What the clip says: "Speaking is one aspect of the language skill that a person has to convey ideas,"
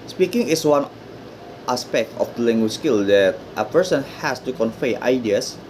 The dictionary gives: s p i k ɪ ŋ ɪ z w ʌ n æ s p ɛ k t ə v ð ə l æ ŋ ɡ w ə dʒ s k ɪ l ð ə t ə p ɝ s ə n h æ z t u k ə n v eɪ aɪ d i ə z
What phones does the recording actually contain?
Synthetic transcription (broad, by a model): s p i k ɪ ŋ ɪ s w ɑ n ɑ s p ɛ k t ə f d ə l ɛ ŋ ɡ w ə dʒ s k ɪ l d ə t ə p ɝ s ə n h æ s t u k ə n f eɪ aɪ d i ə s